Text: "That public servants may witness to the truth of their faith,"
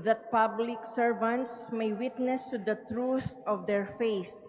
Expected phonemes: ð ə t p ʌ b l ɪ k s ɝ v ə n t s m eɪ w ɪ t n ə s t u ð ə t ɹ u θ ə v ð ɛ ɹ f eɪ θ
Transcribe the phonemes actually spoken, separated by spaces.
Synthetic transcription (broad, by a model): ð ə t p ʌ b l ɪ k s ɝ v ə n t s m eɪ w ɪ t n ə s t u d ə t ɹ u s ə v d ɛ ɹ f eɪ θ